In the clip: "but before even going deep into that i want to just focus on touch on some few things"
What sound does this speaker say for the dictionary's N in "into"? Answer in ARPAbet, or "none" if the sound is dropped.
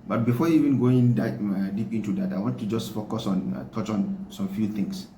N